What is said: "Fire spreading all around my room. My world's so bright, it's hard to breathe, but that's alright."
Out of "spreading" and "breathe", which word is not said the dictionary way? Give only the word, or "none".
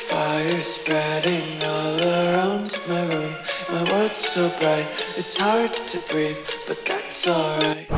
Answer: none